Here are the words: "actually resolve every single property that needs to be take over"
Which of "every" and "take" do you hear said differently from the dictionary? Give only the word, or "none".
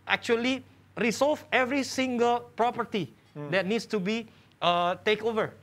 none